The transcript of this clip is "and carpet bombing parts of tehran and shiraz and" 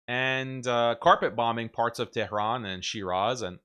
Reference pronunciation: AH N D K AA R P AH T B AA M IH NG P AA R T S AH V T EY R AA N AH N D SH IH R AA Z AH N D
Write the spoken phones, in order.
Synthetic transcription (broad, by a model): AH N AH K AA R P AH T B AA M IH NG P AA R T S AH V T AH R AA N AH N SH IH R AA Z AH N